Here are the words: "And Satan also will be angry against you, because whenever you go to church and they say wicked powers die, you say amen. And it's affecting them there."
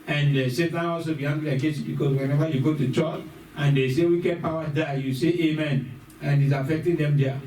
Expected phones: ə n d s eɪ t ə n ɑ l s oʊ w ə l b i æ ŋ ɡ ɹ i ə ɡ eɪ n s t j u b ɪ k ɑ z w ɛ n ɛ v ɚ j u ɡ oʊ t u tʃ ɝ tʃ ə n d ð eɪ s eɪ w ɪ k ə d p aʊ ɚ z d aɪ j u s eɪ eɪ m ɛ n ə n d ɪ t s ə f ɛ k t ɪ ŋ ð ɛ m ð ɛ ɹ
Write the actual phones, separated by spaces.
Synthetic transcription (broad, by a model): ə n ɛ s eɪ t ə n ɑ l s oʊ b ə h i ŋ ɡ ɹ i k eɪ s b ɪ k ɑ s w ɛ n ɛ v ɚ j u ɡ oʊ t u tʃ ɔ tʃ ə n d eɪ s eɪ w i k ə d p aʊ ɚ d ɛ j u s eɪ eɪ m ɛ n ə n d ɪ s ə f ɛ k t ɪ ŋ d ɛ m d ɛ